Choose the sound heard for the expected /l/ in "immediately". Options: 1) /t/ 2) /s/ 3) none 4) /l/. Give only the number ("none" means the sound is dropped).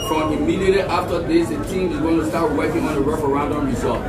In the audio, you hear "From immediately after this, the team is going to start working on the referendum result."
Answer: 3